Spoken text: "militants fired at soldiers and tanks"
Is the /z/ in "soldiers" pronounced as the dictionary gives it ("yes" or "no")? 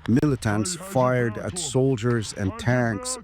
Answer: yes